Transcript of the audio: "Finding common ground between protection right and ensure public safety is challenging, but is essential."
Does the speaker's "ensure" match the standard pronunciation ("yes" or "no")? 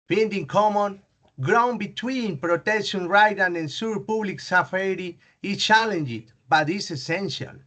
no